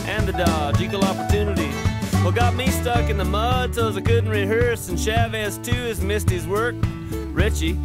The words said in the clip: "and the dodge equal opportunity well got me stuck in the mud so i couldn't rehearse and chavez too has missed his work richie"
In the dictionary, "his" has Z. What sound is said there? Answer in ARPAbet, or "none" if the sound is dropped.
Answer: Z